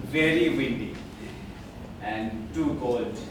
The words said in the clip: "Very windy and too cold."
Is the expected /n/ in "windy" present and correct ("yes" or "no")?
yes